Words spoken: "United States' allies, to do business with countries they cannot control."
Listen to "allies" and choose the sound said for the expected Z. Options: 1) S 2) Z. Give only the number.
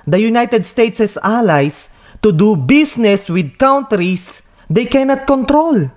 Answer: 1